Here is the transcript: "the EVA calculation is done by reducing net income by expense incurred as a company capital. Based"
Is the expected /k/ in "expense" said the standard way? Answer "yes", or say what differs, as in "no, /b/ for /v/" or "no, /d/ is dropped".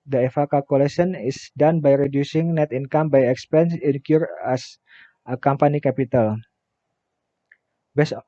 yes